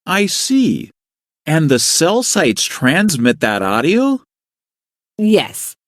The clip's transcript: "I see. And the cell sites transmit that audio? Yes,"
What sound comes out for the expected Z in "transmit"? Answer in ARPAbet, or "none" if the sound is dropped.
Z